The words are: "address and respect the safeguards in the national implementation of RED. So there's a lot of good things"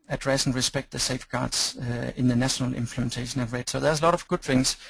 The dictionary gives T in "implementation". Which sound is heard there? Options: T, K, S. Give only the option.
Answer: T